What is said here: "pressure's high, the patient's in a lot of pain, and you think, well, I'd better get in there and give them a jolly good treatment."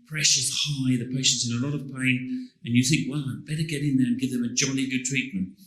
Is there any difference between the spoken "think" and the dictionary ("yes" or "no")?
no